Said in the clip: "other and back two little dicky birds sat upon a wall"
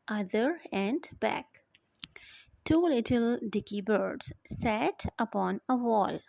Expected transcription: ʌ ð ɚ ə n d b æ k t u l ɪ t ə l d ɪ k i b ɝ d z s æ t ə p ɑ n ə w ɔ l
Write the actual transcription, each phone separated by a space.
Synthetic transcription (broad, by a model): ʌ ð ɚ ə n d b æ k t u l ɪ t ə l d ɪ k i b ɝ d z s æ t ə p ɑ n ə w ɔ l